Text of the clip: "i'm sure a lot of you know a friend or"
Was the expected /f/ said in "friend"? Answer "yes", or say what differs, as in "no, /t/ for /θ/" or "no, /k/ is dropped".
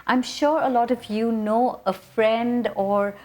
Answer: yes